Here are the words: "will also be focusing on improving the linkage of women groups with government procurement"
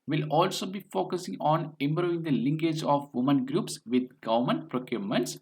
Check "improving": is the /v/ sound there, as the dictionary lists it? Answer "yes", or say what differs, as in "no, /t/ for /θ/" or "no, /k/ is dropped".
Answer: no, /v/ is dropped